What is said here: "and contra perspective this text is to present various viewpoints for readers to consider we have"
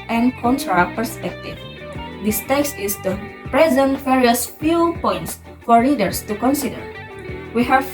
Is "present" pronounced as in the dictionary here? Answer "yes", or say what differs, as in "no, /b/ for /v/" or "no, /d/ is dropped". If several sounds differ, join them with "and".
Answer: yes